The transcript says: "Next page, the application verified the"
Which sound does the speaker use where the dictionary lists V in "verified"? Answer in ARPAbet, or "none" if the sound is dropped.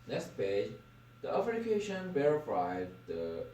B